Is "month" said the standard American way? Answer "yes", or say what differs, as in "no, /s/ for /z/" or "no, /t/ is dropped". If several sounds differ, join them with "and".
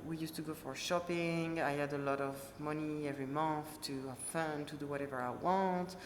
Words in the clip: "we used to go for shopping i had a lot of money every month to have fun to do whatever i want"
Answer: yes